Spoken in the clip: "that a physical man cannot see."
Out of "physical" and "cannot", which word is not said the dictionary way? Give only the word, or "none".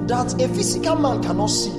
physical